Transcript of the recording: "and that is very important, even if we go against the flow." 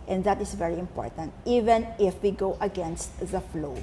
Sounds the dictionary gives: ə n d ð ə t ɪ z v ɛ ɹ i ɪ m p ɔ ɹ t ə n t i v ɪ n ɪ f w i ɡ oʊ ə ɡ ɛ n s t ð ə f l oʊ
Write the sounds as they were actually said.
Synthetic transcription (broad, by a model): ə n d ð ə t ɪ s v ɛ ɹ i ɪ m p ɔ ɹ t ə n t i v ɪ n ɪ f w i ɡ oʊ ə ɡ ɛ n s t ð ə f l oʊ